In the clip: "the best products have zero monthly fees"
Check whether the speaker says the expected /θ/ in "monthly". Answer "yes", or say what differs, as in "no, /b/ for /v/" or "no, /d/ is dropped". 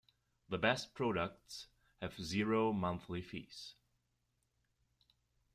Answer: yes